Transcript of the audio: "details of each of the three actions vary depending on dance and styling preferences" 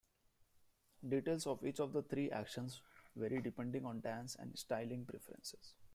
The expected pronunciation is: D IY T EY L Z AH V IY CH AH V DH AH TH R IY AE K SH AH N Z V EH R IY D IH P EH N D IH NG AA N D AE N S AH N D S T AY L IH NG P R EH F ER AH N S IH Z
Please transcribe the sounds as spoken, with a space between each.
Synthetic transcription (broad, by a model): D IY T EY L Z AH V IY CH AH V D AH T R IY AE K SH AH N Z V EH R IY D IH P EH N D IH NG AA N D AE N S AH N D S T AY L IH NG P R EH F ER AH N S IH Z